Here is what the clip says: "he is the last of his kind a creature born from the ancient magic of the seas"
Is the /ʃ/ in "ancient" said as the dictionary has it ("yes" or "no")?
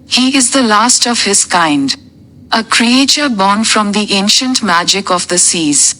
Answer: yes